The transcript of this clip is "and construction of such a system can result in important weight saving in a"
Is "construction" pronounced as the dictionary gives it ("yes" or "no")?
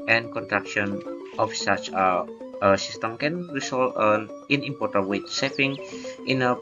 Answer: no